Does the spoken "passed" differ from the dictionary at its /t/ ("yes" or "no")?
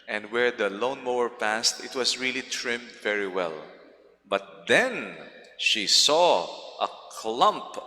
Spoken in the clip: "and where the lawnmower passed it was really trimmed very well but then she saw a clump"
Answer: no